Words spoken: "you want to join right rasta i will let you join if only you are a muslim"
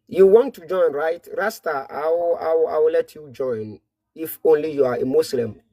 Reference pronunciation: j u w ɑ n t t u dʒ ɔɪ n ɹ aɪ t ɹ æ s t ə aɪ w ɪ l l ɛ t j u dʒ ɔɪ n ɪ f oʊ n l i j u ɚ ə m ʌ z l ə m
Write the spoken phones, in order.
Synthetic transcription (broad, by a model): j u w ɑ n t t u dʒ ɔɪ n ɹ aɪ t ɹ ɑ s t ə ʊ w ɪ w l ɛ t j u dʒ ɔɪ n ɪ f oʊ n l i j u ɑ ə m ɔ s l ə m